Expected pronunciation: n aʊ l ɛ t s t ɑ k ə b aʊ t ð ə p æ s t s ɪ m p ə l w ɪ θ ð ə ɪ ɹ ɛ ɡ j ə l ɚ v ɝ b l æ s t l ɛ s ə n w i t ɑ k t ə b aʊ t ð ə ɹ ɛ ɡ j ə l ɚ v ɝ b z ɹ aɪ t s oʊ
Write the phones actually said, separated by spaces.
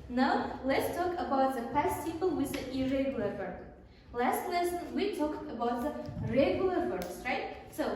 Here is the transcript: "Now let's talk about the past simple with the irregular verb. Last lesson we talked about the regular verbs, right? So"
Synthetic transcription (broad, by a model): n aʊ l ɛ t s t ɑ k ə b aʊ t ð ə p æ s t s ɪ p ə l w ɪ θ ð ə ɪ ɹ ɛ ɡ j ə l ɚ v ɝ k l æ s t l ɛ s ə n w i t ɑ k t ə b aʊ t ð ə ɹ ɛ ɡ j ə l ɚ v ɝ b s ɹ aɪ t s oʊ